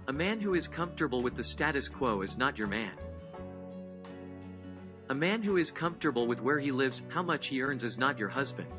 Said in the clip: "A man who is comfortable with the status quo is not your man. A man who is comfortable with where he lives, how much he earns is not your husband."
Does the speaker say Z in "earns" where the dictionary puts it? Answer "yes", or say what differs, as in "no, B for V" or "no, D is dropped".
yes